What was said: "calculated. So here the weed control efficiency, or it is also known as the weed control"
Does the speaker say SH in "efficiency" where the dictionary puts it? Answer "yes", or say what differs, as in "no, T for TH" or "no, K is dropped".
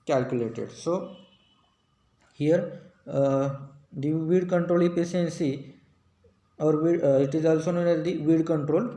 no, S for SH